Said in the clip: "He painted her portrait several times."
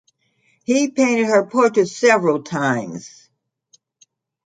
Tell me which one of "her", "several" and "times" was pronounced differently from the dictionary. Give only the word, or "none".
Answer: none